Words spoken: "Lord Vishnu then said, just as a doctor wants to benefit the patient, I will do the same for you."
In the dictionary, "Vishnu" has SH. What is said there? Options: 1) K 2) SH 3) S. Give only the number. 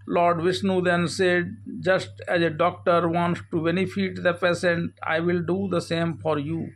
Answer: 3